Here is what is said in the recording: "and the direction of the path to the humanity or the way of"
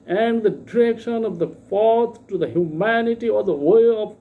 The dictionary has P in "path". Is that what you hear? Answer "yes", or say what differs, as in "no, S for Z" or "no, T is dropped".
no, F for P